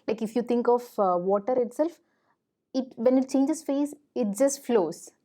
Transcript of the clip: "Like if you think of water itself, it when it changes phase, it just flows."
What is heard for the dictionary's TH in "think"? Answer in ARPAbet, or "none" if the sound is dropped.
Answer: T